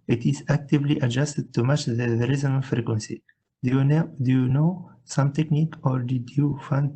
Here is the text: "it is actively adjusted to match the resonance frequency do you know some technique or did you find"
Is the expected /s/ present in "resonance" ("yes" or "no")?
no